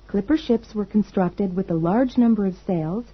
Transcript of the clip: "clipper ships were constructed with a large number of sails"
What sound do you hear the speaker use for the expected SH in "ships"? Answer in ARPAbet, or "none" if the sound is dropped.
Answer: SH